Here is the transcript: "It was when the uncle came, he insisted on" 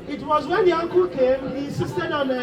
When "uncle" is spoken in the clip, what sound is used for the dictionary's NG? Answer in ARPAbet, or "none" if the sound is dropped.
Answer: NG